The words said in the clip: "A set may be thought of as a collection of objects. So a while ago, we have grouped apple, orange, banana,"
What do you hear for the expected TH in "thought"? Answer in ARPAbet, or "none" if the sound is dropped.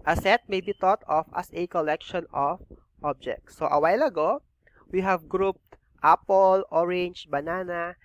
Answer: T